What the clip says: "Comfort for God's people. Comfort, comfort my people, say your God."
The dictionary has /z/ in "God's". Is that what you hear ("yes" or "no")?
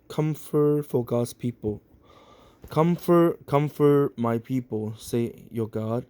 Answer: no